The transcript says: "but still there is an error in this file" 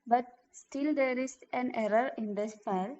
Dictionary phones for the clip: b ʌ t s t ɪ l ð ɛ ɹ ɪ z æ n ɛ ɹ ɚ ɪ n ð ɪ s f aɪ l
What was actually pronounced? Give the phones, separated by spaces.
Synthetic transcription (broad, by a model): b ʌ t s t ɪ l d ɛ ɹ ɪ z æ n ɛ ɹ ɚ ɪ n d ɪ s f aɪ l